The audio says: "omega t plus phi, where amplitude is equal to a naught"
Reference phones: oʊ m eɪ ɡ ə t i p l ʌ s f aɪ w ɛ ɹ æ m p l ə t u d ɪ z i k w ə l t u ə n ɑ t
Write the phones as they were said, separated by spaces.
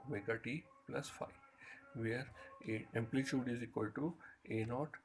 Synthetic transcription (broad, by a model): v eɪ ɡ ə t i p l ʌ s f aɪ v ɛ ɹ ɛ m p l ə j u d ɪ z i k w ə l t u ə n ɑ t